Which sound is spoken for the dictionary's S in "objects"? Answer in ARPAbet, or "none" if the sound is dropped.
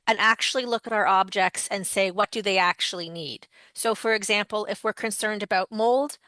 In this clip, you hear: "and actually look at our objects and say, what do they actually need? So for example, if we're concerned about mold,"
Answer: S